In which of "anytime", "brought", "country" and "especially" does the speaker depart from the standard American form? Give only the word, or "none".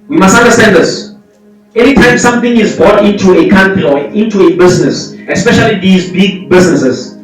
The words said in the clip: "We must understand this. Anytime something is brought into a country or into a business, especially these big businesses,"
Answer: country